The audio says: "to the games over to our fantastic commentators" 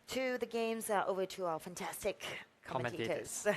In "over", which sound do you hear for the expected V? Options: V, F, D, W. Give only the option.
V